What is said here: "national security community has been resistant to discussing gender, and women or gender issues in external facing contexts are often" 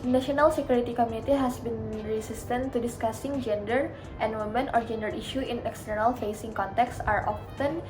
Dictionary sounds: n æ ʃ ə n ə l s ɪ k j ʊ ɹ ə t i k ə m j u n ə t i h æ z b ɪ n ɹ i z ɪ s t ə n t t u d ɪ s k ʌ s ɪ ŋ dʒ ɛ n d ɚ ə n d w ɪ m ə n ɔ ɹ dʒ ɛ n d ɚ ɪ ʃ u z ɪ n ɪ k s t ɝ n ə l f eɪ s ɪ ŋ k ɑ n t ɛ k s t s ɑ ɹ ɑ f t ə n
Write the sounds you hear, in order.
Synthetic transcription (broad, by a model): n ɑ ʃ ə n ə l s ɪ k j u ɹ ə t i k ə m j u n ə t i h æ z b ɪ n ɹ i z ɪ s t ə n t t u d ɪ s k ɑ s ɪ ŋ dʒ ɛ n d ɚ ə n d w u m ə n ɔ ɹ dʒ ɛ n d ɚ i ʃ u ɪ n ɪ k s t ɝ n ə l f eɪ s ɪ ŋ k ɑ n t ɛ k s s ɑ ɹ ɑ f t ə n